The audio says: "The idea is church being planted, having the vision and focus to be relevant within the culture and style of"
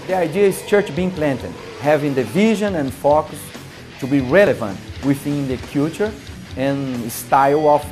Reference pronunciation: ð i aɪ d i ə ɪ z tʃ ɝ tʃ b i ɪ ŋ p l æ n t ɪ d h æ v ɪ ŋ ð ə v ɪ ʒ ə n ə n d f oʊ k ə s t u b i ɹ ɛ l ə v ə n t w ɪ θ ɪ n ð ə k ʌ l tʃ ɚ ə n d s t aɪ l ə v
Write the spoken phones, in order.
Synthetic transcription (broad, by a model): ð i aɪ d i ə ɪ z tʃ ɝ tʃ b i ɪ ŋ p l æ n t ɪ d h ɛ v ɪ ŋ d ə v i ʒ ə n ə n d f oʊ k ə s t u b i ɹ ɛ l ə v ə n t w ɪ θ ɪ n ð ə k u tʃ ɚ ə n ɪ s t aɪ l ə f